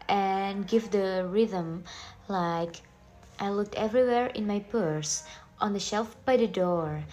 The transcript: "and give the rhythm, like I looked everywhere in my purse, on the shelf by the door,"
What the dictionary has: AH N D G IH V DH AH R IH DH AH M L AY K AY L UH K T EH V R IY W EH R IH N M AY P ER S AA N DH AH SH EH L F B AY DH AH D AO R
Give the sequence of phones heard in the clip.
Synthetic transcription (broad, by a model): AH N G IH V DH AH R IH DH AH M L AY K AY L UH K T EH V R IY W EH R IH N M AY P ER S AA N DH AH SH EH L F B AY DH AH D AO R